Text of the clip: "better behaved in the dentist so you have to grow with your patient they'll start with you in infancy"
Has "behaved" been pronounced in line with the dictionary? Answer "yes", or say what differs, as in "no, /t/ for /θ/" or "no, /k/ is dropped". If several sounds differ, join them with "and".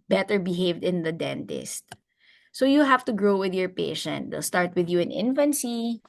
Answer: yes